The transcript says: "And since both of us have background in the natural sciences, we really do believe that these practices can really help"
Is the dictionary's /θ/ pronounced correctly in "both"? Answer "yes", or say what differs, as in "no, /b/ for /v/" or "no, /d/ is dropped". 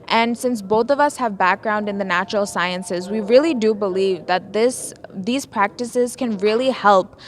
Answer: yes